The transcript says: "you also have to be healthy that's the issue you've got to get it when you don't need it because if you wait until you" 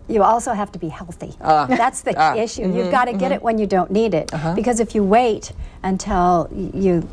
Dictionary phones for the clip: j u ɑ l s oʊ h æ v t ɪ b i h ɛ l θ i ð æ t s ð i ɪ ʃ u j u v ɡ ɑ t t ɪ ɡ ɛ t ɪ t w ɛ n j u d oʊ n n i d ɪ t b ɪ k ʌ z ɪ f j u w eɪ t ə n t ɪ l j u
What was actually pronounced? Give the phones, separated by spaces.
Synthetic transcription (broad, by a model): j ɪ ɑ l s oʊ h æ f t ɪ b i h ɛ l θ i ð æ t s ð i ɪ ʃ u j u v ɡ ɑ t t ɪ ɡ ɛ t ɪ t w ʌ n j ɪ d oʊ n n i d ɪ t b ɪ k ʌ z ɪ f j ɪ w eɪ t ə n t ɪ l j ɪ